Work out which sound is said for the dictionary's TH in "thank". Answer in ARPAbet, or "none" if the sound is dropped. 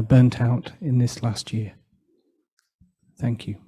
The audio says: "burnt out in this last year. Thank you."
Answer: TH